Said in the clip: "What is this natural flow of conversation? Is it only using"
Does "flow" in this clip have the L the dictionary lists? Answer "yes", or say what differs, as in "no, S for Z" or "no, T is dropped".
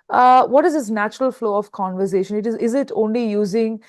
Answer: yes